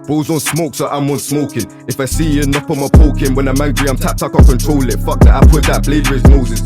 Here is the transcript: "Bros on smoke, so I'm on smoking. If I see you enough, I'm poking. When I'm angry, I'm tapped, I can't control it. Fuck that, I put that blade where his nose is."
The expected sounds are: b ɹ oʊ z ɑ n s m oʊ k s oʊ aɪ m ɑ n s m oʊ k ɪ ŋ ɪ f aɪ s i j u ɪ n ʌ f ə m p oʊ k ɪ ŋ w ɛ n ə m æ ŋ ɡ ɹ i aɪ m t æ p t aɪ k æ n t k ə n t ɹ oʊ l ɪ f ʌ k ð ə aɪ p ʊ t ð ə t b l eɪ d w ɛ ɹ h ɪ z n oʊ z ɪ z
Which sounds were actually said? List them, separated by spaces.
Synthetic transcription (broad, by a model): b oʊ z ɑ n s m oʊ k s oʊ aɪ m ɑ n s m oʊ k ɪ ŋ ɪ f aɪ s i j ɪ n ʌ p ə m p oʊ k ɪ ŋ w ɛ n ə m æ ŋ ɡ ɹ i aɪ m t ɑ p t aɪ k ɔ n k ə n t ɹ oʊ l ɪ f ʌ k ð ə aɪ p ʊ t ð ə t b l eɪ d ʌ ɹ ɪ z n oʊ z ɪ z